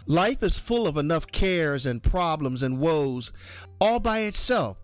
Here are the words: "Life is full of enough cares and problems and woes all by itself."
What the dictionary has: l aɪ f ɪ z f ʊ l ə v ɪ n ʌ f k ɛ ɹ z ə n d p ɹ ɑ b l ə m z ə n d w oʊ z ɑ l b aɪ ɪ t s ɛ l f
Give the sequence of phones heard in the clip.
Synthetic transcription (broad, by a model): l aɪ f ɪ z f ʊ l ə v ɪ n ʌ f k ɛ ɹ z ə n p ɹ ɑ b l ə m z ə n w oʊ z ɑ l b aɪ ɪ t s ɛ l f